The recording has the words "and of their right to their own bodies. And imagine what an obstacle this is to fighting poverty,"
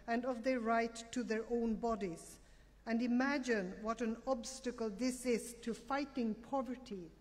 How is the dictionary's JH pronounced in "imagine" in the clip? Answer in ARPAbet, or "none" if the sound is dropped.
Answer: JH